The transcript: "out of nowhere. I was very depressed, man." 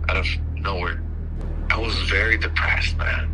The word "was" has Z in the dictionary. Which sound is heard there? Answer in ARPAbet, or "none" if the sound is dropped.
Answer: Z